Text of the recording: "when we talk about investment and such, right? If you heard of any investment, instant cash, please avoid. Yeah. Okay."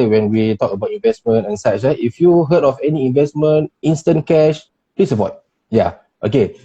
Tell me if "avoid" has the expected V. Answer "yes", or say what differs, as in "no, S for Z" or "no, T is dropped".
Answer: no, P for V